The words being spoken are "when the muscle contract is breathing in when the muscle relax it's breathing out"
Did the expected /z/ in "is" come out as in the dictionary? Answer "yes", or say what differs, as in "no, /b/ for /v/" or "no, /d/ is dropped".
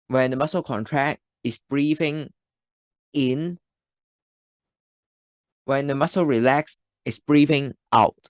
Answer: no, /s/ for /z/